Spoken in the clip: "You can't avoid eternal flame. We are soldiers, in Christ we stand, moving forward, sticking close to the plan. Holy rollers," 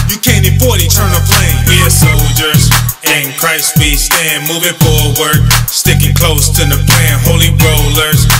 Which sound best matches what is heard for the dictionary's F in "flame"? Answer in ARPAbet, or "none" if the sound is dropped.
P